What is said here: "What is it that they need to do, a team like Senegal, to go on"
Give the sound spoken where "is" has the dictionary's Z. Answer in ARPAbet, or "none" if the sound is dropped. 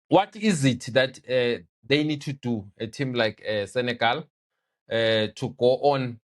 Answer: Z